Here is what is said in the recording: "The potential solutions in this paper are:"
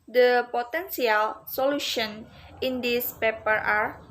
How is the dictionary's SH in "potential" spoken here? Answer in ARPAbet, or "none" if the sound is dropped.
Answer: S